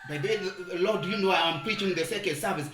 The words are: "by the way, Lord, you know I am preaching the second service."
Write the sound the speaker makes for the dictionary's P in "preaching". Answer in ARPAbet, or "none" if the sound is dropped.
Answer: P